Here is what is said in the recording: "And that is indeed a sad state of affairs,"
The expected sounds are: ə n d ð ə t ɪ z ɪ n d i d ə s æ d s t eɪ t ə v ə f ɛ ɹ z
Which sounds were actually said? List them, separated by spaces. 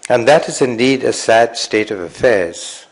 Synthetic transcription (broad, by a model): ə n ð ə t ɪ z ɪ n d i d ə s æ d s t eɪ t ə v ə f ɛ ɹ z